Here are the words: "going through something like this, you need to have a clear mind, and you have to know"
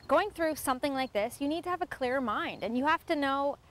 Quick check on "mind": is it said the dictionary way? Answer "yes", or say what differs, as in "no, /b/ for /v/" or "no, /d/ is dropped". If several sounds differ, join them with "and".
yes